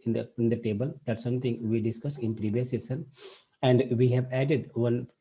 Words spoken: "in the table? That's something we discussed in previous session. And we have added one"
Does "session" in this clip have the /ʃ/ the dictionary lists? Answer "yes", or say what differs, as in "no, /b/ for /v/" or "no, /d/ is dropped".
no, /s/ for /ʃ/